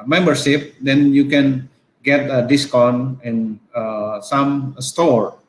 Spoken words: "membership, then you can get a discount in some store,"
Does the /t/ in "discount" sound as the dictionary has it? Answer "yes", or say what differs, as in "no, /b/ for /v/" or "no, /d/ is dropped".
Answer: no, /t/ is dropped